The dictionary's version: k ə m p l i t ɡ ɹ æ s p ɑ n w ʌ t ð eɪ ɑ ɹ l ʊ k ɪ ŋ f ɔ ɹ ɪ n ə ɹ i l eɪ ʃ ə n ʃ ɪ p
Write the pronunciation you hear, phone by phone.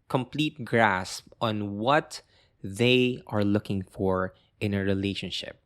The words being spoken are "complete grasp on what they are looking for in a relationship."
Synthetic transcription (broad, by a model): k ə m p l i t ɡ ɹ æ s p ɑ n w ʌ t ð eɪ ɑ ɹ l ʊ k ɪ ŋ f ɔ ɹ ɪ n ə ɹ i l eɪ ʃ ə n ʃ ɪ p